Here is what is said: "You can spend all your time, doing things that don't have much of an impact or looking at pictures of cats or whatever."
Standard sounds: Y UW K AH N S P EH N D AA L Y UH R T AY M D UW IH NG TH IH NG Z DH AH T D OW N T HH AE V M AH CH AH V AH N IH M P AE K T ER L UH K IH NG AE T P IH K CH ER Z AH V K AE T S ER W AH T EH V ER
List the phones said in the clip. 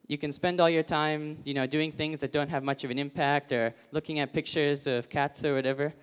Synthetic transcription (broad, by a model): Y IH K AH N S P EH N D AA L Y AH R T AY M D UW IH NG TH IH NG Z DH AH T D OW N T HH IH V M AH CH AH V AH N IH M P AE K T ER L UH K IH NG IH T P IH K CH ER Z AH V K AE T S ER W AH T EH V ER